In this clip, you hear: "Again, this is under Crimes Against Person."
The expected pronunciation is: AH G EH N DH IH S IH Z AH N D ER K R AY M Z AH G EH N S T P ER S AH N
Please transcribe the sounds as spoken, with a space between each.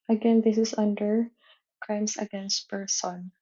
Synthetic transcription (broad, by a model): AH G EH N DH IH S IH S AH N D ER K R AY M S AH G EH N S T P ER S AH N